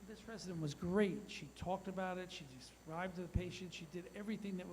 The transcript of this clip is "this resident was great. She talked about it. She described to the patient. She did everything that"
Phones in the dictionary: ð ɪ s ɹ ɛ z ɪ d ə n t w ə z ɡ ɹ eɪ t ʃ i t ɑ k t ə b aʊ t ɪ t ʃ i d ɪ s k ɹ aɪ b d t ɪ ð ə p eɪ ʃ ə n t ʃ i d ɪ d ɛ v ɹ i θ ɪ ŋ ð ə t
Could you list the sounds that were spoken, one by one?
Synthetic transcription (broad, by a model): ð ɪ s ɹ ɛ z ɪ d ə n t w ə z ɡ ɹ eɪ t ʃ i t ɑ k t ə b aʊ t ɪ t ʃ i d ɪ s ɹ aɪ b t ɪ ð ə p eɪ ʃ ə n t ʃ i d ɪ d ɛ v ɹ i θ ɪ ŋ ð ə t